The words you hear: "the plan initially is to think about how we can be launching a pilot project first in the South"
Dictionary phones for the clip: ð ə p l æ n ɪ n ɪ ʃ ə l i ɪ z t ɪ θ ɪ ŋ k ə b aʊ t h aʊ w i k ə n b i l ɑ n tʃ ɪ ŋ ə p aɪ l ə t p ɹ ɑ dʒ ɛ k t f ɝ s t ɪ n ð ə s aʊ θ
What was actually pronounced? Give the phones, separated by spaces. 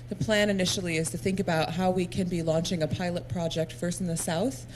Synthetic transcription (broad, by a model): ð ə p l æ n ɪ n ɪ ʃ l i ɪ z t ɪ θ ɪ ŋ k ə b aʊ t h aʊ w i k ə n b i l ɑ n tʃ ɪ ŋ ə p aɪ l ə t p ɹ ɑ dʒ ɛ k t f ɝ s t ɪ n ð ə s aʊ θ